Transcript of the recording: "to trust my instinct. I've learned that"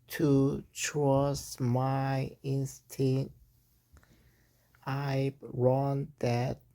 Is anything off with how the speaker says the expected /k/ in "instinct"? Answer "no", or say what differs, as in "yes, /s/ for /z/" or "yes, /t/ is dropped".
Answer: yes, /k/ is dropped